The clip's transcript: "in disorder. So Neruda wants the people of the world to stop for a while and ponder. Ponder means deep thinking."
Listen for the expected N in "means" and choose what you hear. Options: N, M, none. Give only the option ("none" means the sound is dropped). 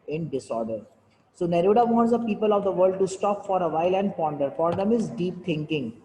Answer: none